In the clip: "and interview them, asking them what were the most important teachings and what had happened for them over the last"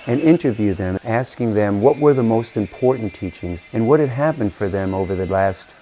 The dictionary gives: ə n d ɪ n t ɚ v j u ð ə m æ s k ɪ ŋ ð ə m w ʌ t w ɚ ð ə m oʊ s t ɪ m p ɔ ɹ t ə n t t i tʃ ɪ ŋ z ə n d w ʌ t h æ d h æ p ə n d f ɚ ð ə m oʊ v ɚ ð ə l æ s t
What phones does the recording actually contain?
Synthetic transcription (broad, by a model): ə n ɪ n t ɚ v j u ð ə m æ s k ɪ ŋ ð ə m w ʌ t w ɚ ð ə m oʊ s t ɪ m p ɔ ɹ t n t t i tʃ ɪ ŋ z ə n w ʌ t h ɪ d h æ p ə n d f ɚ ð ə m oʊ v ɚ ð ə l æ s t